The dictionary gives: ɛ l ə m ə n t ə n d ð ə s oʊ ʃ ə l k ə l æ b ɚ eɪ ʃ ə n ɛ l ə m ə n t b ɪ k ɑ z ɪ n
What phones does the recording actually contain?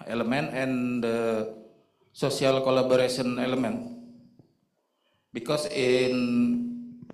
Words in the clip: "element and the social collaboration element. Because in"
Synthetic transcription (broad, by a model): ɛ l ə m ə n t ə n d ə s oʊ s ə l k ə l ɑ b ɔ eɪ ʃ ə n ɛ l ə m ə n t b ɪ k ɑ s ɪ n